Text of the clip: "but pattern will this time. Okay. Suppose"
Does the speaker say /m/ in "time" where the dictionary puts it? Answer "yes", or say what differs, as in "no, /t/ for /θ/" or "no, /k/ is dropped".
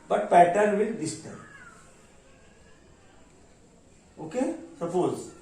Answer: no, /m/ is dropped